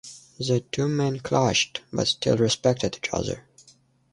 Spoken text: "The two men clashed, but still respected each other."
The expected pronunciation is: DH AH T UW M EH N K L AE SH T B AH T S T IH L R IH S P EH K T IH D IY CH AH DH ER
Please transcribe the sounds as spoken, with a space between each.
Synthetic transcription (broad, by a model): DH AH T UW M EH N K L AE SH T B AH T S T IH L R IH S P EH K T IH D IY CH AH DH ER